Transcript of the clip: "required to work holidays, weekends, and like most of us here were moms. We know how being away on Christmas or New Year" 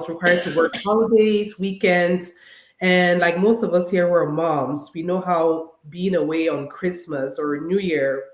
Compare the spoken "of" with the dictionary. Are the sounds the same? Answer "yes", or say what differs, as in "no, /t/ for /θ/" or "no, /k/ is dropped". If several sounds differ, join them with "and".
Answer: yes